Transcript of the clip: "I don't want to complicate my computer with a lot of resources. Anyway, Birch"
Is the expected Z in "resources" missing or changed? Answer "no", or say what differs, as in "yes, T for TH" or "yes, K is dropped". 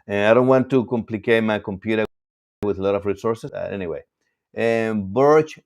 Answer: yes, S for Z